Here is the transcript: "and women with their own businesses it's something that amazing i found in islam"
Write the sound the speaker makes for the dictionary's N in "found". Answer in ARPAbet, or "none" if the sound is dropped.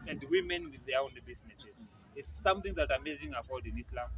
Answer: L